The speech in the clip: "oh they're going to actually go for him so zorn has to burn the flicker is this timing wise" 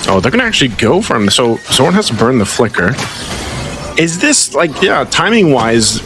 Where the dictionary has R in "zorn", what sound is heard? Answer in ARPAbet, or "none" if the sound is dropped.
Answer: W